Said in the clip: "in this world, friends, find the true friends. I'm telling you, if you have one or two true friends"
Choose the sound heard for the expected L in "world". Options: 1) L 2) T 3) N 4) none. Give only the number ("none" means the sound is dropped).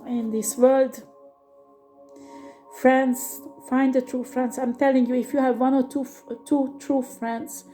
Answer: 1